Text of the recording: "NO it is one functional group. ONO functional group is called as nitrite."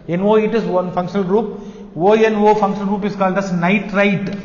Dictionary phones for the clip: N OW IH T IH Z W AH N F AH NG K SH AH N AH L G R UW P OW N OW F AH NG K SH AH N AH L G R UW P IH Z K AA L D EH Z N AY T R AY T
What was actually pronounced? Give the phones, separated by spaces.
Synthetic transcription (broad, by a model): N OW IH T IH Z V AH N F AH NG K SH AH N AH L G R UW P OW N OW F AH NG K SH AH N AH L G R UW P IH S K AA L D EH S N AY T R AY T